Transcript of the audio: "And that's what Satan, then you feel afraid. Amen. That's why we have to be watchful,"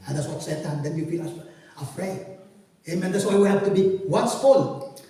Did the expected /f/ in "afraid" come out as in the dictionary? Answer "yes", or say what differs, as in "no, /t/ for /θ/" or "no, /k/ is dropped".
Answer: yes